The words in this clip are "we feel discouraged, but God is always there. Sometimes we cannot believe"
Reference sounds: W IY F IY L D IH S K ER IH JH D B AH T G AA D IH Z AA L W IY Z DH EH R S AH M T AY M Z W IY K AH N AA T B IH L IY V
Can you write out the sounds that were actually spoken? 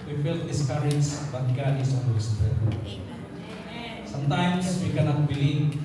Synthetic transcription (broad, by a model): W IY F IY L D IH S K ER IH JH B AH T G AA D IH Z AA N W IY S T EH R S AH M T AY M S W IY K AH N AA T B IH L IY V